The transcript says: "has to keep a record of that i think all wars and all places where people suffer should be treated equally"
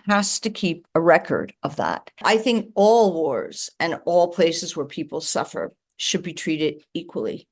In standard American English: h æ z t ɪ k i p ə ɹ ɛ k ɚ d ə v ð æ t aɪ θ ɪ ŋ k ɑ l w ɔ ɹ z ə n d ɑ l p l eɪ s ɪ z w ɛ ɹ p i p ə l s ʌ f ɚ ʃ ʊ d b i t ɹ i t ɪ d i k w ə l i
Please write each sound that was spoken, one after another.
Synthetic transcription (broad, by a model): h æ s t ɪ k i p ə ɹ ɛ k ɚ d ə v ð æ t aɪ θ ɪ ŋ k ɑ l w ɔ ɹ z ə n ɑ l p l eɪ s ɪ z w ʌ ɹ p i p l s ʌ f ɚ ʃ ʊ d b i t ɹ i t ɪ d i k w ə l i